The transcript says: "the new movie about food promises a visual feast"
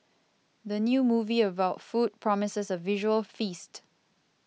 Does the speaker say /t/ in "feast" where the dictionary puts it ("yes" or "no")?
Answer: yes